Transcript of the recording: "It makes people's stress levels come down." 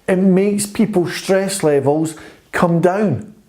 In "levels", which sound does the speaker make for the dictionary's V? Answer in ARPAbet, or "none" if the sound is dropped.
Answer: V